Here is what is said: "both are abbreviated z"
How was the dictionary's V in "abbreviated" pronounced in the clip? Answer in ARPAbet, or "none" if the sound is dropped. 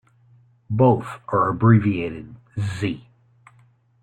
V